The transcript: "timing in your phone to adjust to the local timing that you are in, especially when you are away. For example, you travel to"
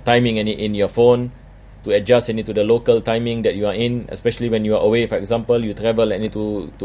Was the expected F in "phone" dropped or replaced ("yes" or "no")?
no